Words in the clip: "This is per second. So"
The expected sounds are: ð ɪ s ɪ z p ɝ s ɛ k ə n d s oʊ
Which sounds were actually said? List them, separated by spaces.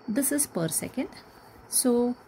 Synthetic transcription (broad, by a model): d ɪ s ɪ z p ɝ s ɛ k ə n d s oʊ